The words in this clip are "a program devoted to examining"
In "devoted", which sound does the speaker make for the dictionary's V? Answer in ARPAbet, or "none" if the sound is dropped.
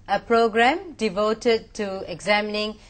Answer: V